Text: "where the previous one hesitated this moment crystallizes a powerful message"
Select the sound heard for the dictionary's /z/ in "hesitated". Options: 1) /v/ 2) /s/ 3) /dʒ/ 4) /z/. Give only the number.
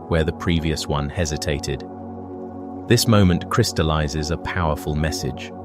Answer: 4